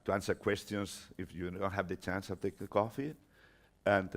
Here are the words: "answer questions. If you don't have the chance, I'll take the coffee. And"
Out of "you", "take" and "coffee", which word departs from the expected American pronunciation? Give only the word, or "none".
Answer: none